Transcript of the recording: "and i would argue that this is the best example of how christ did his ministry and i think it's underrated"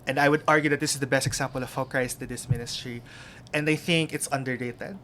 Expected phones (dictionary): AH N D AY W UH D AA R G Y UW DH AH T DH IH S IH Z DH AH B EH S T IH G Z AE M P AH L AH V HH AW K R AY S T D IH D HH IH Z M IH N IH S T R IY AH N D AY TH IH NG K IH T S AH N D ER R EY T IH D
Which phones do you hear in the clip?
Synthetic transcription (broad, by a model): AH N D AY W UH D AA R G Y UW DH AH T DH IH S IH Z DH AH B EH S T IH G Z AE M P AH L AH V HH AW K R AY S T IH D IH S M IH N IH S T R IY AH N D AY TH IH NG K IH T S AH N D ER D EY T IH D